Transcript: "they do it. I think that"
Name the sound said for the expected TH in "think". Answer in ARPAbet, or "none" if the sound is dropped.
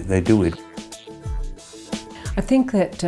TH